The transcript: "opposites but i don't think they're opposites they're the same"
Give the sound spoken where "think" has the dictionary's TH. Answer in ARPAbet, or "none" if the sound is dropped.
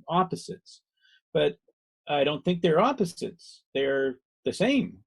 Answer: TH